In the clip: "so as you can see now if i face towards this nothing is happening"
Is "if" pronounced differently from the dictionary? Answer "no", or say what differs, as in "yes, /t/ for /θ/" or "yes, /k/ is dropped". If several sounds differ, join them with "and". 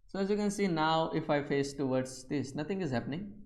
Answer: no